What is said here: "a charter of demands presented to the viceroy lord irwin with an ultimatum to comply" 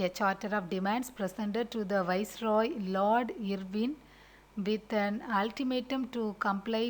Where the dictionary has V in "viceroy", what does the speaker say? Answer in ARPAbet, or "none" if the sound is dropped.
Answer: V